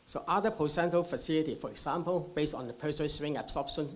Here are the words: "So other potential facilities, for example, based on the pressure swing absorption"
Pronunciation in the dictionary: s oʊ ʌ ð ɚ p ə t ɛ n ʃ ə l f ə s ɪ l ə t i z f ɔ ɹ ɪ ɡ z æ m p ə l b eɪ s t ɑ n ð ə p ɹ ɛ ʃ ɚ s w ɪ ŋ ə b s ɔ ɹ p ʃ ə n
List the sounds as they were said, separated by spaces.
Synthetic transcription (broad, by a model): s oʊ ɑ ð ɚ p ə s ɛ n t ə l f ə s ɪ l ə t i f ɔ ɹ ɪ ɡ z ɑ m p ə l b eɪ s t ɑ n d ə p ɛ s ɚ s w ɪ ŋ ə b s ɔ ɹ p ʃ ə n